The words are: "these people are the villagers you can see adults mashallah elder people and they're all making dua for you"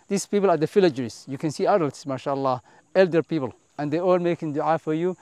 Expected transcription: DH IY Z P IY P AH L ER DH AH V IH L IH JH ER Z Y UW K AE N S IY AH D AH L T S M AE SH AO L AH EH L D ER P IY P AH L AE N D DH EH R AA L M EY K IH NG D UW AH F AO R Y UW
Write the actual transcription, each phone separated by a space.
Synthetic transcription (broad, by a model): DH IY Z P IY P AH L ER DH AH F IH L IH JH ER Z Y UW K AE N S IY AH D AH L T S M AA SH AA L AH EH L D ER P IY P AH L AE N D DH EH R AA L M EY K IH NG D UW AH F AO R Y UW